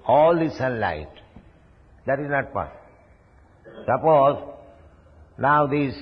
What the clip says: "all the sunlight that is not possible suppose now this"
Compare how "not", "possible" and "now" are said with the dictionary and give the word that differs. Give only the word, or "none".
possible